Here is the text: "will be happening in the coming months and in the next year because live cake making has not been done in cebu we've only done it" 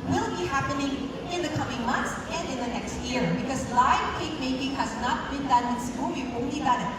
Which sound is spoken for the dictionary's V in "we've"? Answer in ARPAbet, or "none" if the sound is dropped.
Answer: none